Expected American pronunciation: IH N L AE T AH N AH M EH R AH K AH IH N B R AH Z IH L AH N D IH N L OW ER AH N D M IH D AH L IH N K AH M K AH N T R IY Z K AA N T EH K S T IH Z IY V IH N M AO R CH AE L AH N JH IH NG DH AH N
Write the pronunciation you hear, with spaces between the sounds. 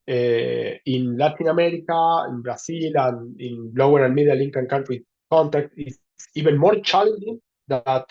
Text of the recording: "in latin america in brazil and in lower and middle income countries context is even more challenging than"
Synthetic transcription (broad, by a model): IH N L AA T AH N AH M EH R AH K AH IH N B R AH S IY L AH N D IH N L OW ER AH N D M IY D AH L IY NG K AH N K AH N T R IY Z K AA N T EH K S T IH S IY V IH N M AO R CH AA L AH N JH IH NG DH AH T